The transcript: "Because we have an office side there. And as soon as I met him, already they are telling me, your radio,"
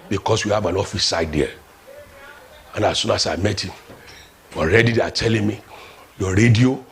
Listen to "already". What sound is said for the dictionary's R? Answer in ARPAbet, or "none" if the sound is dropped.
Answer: R